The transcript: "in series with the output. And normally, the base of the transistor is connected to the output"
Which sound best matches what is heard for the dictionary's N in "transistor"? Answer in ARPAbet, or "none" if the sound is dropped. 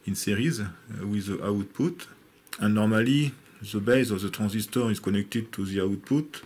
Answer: none